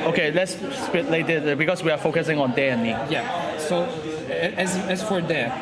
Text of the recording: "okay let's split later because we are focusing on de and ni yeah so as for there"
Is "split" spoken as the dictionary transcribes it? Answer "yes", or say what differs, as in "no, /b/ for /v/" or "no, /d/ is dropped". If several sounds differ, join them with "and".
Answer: no, /l/ is dropped